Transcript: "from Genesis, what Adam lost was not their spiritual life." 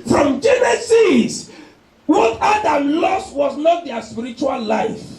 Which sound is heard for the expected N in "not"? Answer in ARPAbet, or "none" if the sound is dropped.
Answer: N